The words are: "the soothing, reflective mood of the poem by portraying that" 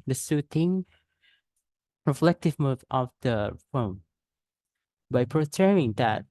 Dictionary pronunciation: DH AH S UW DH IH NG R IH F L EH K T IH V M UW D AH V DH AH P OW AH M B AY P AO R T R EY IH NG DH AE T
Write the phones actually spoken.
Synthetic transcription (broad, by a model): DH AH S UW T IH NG R IH F L EH K T IH V M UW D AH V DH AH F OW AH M B AY P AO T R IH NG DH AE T